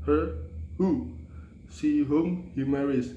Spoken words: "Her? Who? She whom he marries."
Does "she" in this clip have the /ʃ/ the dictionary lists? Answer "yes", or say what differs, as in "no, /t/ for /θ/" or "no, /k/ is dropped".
no, /s/ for /ʃ/